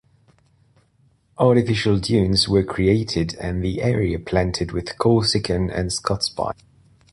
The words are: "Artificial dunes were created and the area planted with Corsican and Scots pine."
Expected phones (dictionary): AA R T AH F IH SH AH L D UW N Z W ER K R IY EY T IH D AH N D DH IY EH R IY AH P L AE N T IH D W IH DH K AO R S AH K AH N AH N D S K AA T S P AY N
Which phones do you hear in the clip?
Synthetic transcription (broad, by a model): AA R T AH F IH SH AH L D UW N Z W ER K R IY EY T IH D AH N DH IY EH R IY AH P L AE N T IH D W IH DH K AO L S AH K AH N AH N S K AA T S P AY